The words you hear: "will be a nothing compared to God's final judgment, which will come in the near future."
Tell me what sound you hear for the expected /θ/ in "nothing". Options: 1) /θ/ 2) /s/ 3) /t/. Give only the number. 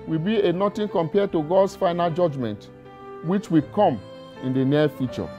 3